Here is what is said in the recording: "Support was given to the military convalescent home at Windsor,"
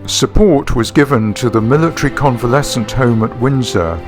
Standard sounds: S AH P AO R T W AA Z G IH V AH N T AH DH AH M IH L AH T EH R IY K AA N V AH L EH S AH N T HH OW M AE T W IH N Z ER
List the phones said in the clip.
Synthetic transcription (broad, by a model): S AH P AO R T W AA Z G IH V AH N T AH DH AH M IH L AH T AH R IY K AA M V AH L EH S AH N T HH OW M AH T W IH N Z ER